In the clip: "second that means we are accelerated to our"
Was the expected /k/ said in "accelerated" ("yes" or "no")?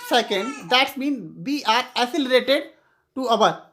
no